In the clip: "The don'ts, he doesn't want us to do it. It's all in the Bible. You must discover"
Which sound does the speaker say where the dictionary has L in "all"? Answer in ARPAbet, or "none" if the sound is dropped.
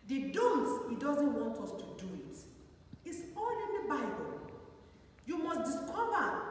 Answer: N